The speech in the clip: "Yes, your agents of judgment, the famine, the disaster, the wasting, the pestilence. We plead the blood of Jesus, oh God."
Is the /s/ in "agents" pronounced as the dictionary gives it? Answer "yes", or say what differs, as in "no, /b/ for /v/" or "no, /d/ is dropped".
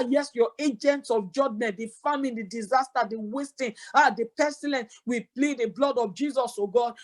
yes